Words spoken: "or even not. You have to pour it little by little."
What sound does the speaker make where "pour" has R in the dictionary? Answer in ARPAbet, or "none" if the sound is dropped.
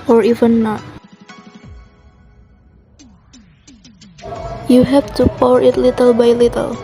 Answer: R